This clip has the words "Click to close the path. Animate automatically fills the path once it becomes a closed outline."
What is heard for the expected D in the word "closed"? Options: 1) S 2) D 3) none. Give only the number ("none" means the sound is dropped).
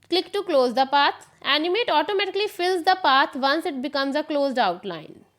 2